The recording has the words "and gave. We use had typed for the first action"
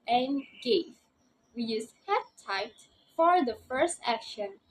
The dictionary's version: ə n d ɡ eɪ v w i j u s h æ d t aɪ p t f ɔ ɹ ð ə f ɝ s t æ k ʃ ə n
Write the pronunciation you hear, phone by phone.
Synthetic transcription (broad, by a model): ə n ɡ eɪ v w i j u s h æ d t aɪ t f ɔ ɹ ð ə f ɝ s t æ k ʃ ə n